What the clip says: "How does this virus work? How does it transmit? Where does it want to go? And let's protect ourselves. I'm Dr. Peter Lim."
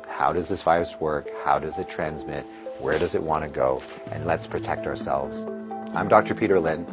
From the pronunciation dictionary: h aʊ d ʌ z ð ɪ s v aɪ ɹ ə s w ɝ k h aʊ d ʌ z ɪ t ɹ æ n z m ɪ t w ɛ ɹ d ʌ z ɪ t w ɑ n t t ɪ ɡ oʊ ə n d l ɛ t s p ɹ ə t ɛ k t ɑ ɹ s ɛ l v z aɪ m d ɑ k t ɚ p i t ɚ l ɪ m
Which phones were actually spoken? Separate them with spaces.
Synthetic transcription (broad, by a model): h aʊ d ʌ z ð ɪ s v aɪ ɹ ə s w ɝ k h aʊ d ʌ z ɪ t ɹ æ n z m ɪ t w ɛ ɹ d ʌ z ɪ t w ɑ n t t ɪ ɡ oʊ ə n l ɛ t s p ɹ ə t ɛ k t ɑ ɹ s ɛ l v z aɪ m d ɑ k t ɚ p i t ɚ l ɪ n